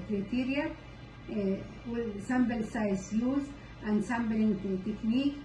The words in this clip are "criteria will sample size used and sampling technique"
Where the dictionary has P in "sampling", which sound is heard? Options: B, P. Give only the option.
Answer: B